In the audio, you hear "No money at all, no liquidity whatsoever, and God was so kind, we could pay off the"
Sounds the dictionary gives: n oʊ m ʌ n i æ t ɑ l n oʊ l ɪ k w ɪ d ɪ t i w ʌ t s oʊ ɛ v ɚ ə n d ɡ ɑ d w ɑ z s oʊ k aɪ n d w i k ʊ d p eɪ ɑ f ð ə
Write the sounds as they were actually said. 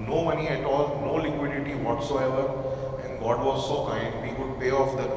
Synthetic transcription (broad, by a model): n oʊ m ʌ n i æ t ɑ l n oʊ l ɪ k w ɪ d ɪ t i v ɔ t s oʊ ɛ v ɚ ə n d ɡ ɑ d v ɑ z s oʊ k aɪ d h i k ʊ d p eɪ ɑ f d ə